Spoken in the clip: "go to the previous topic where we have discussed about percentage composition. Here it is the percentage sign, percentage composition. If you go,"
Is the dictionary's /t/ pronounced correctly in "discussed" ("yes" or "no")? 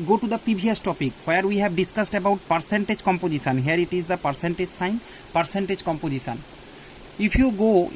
yes